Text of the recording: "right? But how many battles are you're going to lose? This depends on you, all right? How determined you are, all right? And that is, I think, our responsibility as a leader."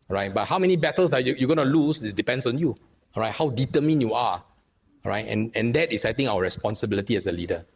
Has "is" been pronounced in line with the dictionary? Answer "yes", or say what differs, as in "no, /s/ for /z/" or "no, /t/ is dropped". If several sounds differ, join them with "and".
no, /s/ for /z/